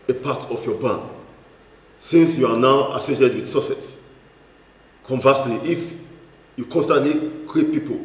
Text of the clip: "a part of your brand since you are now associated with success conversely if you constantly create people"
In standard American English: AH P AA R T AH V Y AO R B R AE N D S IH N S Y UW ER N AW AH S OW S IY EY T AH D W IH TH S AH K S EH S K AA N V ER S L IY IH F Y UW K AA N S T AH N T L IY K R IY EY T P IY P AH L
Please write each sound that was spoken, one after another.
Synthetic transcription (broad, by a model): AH P AA T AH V Y AO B AA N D S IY N S Y UW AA N AW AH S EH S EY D W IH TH S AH S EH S K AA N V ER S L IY IH F Y UW K AA N S T AH N T L IY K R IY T P IY P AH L